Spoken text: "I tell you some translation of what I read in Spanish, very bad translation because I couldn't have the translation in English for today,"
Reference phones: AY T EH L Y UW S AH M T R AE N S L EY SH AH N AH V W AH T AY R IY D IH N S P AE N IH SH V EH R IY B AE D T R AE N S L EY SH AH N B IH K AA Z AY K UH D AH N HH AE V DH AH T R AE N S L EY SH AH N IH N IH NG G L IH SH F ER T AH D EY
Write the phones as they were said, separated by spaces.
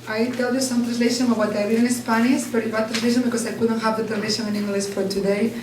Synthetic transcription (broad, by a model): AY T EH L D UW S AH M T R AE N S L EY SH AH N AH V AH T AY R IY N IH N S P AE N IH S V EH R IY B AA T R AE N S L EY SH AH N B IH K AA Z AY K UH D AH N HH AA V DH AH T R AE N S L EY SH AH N IH N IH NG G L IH S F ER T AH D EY